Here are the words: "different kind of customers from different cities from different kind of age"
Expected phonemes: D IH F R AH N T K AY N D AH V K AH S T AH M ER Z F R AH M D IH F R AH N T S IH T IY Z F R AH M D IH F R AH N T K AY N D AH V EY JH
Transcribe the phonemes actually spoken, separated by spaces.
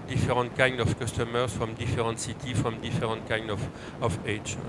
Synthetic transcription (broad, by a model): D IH F R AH N T K AY N D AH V K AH S T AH M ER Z F R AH M D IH F R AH N T S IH T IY F R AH M D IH F R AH N T K AY N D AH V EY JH